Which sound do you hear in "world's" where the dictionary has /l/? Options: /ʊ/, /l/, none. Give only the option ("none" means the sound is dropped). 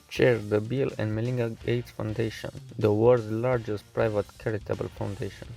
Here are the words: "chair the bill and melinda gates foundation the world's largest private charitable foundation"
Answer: none